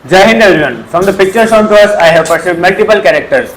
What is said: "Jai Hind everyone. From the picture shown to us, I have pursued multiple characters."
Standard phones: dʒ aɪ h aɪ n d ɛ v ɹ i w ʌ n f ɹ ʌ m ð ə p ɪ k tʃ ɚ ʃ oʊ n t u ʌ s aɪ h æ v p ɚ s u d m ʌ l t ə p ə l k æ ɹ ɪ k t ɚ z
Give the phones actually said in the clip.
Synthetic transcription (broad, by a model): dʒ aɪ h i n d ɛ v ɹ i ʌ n f ɹ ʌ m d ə p ɪ k tʃ ɚ s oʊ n t u ʌ s aɪ h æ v p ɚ s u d m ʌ l t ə p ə l k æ ɹ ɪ k t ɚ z